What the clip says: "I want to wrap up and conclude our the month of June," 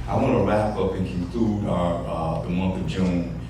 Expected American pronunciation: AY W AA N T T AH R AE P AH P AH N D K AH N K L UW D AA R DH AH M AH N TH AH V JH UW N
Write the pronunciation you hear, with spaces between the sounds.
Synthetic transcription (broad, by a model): AY W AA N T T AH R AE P AH P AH N K AH N K L UW D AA DH AH M AH N TH AH V JH UW N